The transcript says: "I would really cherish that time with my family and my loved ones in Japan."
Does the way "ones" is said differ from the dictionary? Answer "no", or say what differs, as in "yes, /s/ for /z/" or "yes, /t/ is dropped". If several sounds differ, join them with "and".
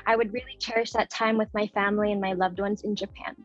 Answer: no